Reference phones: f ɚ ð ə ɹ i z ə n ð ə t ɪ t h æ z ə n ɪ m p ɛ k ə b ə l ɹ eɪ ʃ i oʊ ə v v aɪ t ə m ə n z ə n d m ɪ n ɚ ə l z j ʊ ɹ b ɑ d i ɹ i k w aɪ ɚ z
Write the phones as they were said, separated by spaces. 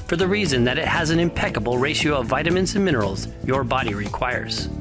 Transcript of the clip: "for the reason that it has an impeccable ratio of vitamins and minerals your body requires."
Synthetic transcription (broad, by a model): f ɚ ð ə ɹ i z ə n ð ə t ɪ t h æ z ə n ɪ m p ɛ k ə b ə l ɹ eɪ ʃ i oʊ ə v v aɪ t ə m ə n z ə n m ɪ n ɚ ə l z j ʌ ɹ b ɑ d i ɹ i k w aɪ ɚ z